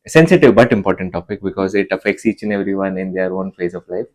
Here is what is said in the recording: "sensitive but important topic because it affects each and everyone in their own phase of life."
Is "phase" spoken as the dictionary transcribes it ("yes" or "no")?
yes